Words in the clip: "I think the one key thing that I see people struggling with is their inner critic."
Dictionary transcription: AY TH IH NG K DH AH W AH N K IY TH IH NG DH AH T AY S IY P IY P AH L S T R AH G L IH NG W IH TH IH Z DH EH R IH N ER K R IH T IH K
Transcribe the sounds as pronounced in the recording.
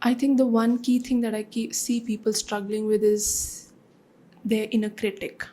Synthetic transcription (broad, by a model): AY T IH NG K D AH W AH N K IY T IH NG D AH T AY S IY P IY P AH L S T R AH G L IH NG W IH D IH Z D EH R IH N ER K R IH T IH K